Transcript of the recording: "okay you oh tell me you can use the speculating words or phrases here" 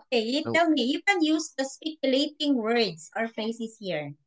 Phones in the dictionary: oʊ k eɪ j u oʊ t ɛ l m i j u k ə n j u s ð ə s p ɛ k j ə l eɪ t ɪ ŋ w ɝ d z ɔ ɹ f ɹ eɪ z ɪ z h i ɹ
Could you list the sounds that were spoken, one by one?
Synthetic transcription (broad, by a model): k eɪ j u t ɛ l m i j u k ə n j u s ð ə s p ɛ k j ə l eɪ t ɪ ŋ w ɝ d s ɔ ɹ f eɪ s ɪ s h i ɹ